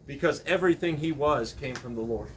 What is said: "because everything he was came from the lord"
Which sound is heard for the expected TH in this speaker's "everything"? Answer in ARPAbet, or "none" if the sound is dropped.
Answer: TH